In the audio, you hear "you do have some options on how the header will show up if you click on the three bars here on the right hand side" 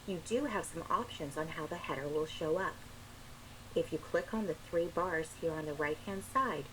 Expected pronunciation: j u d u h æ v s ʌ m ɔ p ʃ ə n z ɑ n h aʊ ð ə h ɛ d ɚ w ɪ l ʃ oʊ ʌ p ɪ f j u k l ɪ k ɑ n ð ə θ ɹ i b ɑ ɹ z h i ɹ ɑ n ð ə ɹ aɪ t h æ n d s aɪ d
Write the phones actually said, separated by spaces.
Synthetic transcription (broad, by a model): j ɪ d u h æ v s ʌ m ɔ p ʃ ə n z n h aʊ ð ə h ɛ d ɚ w ɪ l ʃ oʊ ʌ p ɪ f j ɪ k l ɪ k n ð ə θ ɹ i b ɑ ɹ z h i ɹ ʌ n ð ə ɹ aɪ t h æ n d s aɪ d